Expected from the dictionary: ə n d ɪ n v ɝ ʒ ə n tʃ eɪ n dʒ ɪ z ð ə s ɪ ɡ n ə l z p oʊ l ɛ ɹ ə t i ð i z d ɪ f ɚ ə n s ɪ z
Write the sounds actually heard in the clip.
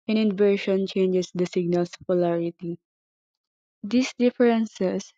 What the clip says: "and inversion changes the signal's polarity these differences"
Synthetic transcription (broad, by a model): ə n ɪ n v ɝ ʃ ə n tʃ eɪ n dʒ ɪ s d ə s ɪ ɡ n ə l s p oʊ l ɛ ɹ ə t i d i s d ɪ f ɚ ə n s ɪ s